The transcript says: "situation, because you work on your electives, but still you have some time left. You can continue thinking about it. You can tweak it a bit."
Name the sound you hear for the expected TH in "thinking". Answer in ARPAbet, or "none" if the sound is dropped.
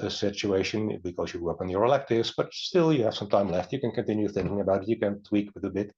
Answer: TH